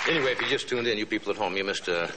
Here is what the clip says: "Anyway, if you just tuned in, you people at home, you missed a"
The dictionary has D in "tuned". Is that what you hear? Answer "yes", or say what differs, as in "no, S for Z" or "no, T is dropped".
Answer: yes